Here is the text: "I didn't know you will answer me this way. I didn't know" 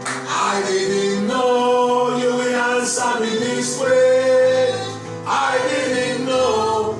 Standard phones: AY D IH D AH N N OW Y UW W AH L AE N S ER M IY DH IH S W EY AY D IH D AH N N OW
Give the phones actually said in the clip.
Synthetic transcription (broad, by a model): AY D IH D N N OW Y UW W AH N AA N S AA M IY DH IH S W EY AY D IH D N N OW